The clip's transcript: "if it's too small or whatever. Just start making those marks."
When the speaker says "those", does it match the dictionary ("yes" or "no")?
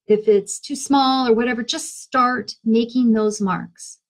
yes